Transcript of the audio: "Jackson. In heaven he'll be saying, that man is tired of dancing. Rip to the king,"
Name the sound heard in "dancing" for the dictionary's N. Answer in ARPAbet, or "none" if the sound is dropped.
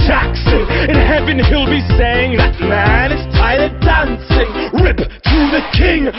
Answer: N